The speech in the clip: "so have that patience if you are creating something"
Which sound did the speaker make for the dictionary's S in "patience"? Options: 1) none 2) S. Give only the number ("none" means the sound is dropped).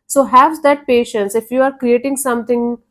2